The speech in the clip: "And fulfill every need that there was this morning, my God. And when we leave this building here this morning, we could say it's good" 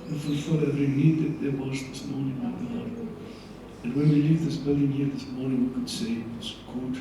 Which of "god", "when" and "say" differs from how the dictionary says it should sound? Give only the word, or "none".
god